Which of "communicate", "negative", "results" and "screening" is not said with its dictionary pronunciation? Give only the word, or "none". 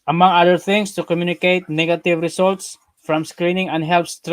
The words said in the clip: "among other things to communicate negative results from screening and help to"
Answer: results